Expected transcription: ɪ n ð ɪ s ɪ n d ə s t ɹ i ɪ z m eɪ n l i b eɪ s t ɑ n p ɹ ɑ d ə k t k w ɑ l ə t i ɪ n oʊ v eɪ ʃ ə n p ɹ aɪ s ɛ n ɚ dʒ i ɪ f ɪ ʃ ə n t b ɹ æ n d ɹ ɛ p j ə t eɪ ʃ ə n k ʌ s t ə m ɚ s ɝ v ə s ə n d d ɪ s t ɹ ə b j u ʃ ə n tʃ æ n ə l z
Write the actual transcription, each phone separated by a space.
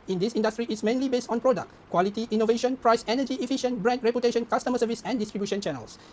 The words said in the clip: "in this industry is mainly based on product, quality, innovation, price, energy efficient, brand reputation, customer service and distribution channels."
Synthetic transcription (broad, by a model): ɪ n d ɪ s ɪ n d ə s t ɹ i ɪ s m eɪ n l i b eɪ s t ɑ n p ɹ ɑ d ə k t k w ɑ l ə t i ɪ n oʊ v eɪ ʃ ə n p ɹ aɪ s ɛ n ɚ dʒ i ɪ f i ʃ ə n b ɹ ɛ n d ɹ ɛ p j ə t eɪ ʃ ə n k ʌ s t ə m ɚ s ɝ v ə s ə n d d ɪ s t ɹ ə b j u ʃ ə n tʃ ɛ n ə l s